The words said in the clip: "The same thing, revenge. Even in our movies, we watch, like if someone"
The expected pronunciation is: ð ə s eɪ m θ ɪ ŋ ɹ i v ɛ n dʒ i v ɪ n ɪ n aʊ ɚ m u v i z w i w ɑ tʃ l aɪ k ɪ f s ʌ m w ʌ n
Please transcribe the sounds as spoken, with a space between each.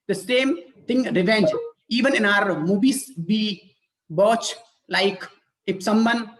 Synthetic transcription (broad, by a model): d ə s eɪ m t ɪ ŋ ɹ i v ɛ n dʒ i v ɪ n ɪ n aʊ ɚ m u b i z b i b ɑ tʃ l aɪ k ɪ p s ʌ m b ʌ n